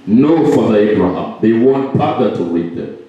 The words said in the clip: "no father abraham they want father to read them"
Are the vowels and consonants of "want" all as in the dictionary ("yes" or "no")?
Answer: yes